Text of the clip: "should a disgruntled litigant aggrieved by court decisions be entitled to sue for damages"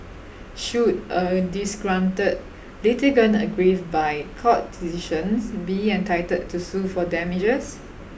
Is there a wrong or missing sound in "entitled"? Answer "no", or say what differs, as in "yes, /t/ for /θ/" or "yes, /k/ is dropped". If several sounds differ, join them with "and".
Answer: yes, /l/ is dropped